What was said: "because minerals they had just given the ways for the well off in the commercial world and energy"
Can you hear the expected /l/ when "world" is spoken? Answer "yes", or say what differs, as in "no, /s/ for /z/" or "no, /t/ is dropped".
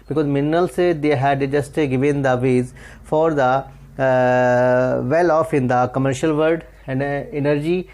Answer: no, /l/ is dropped